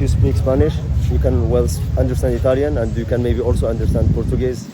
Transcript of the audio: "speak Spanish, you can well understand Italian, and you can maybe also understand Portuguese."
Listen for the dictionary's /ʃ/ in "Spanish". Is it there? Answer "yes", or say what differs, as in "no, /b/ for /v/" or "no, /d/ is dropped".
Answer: yes